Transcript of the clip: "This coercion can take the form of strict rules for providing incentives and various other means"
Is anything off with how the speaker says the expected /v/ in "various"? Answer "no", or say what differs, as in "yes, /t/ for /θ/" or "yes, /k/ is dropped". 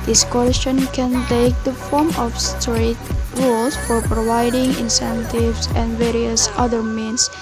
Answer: no